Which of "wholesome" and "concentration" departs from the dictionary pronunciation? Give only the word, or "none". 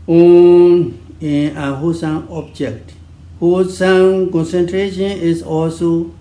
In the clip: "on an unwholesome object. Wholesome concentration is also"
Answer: wholesome